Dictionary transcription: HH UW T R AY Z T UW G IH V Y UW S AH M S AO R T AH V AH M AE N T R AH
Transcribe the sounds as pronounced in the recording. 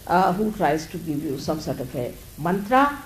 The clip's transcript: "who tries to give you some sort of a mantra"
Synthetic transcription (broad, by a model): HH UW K R AY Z T UW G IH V Y UW S AH M S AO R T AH P AH M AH N T R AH